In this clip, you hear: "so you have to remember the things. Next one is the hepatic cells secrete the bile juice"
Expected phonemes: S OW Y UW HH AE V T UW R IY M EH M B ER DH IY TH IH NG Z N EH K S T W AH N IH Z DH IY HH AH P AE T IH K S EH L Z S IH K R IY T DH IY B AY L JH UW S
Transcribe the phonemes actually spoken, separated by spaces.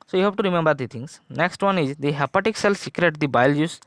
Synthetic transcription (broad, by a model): S OW Y UW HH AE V T UW R IY M EH M B ER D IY T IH NG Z N EH K S T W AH N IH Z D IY HH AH P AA T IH K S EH L S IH K R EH T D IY B AY L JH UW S